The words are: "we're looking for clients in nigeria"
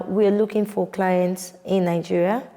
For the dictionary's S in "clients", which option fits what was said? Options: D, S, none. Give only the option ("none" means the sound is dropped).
S